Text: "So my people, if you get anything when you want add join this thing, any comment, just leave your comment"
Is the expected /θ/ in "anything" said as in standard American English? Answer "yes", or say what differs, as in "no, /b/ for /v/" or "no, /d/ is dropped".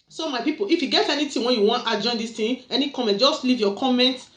no, /t/ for /θ/